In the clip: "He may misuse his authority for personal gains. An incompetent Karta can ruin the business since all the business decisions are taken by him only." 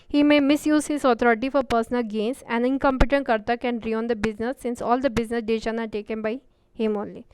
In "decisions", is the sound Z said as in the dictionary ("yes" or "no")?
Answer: no